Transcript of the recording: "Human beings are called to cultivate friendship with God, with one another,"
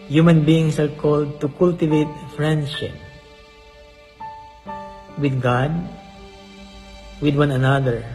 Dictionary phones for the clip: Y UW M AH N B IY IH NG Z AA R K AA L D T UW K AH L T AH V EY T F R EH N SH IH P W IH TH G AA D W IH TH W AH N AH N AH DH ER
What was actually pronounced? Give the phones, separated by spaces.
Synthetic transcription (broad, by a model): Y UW M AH N B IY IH NG S AA R K AA L D T UW K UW L T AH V EY T F R EH N SH IH P W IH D G AA D W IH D W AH N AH N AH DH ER